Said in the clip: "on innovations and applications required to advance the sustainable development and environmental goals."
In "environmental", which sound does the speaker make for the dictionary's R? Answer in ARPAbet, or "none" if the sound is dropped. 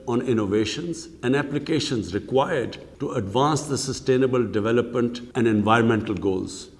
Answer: R